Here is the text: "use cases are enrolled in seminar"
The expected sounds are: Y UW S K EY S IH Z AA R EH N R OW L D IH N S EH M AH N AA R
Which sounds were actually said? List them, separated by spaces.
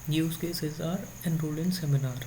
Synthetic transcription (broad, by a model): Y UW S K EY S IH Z AA R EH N R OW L IH N S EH M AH N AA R